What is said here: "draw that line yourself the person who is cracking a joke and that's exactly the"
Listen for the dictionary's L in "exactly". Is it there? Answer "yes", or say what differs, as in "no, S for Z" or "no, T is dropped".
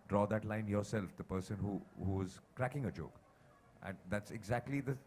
yes